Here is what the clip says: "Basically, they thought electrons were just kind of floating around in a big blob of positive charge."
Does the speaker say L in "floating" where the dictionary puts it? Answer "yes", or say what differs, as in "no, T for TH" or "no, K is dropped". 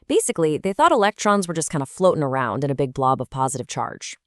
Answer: yes